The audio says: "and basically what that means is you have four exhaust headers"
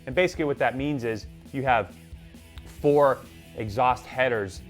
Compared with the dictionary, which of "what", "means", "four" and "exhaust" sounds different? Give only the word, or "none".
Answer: none